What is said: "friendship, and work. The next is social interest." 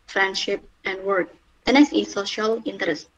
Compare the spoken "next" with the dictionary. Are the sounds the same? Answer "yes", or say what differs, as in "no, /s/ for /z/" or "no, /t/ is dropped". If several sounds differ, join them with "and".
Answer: no, /k/ is dropped